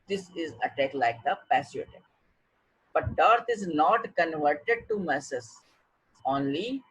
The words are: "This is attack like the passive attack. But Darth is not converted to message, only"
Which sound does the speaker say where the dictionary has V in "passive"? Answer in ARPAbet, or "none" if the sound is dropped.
none